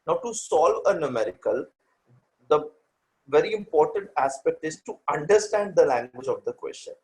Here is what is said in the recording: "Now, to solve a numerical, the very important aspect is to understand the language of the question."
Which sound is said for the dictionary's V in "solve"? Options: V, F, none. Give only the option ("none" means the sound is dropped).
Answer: V